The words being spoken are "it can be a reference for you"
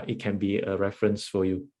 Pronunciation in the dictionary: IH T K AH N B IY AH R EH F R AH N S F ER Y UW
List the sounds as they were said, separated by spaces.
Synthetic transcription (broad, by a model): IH T K AH N B IY AH R EH F R AH N S F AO Y UW